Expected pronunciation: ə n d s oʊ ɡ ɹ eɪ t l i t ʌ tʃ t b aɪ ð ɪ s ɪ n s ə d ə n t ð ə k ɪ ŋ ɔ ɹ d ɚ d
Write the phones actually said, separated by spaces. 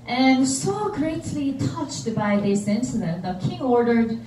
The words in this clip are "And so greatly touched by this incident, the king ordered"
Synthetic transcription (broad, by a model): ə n s oʊ ɡ ɹ eɪ t l i t ʌ tʃ t b aɪ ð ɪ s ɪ n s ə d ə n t ð ə k ɪ ŋ ɔ ɹ d ɚ d